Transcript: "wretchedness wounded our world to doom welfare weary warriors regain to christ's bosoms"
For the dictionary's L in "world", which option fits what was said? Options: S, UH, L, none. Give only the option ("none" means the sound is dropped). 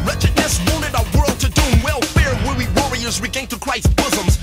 L